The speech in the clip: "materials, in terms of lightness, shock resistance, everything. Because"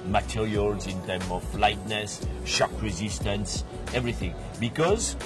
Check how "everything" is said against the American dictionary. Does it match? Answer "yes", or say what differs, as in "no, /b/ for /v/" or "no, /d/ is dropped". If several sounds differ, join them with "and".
yes